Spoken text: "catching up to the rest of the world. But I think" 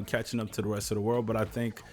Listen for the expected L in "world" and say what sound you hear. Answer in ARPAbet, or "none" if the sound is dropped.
L